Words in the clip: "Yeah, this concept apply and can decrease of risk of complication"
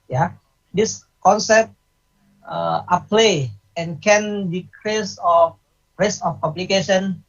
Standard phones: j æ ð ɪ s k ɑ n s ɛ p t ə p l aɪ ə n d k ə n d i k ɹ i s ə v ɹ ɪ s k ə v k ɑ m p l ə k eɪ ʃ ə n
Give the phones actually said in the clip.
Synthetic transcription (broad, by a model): j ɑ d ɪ s k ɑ n s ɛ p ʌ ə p l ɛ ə n k ə n d i k ɹ i s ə f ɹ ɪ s ə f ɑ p l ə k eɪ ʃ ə n